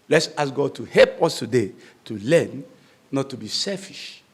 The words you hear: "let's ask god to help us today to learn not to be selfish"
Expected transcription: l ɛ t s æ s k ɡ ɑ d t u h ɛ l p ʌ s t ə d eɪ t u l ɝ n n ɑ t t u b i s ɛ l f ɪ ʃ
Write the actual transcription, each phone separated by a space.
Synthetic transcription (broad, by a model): l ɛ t s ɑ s ɡ ɑ d t u h ɛ l p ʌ s t ə d eɪ t u l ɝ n n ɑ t t u b i s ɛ l f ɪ ʃ